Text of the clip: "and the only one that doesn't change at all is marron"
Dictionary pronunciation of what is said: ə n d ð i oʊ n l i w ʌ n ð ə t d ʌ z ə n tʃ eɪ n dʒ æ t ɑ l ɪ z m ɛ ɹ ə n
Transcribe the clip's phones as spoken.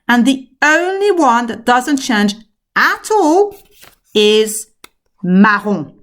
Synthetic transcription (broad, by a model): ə n ð i oʊ n l i w ʌ n ð ə t d ʌ z ə n tʃ eɪ n dʒ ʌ t ɑ l ɪ z m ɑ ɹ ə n